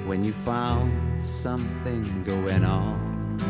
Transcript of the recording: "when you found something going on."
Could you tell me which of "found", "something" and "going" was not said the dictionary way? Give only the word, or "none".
none